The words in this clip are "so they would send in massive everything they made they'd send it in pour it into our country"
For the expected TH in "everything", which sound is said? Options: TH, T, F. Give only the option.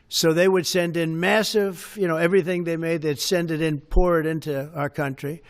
TH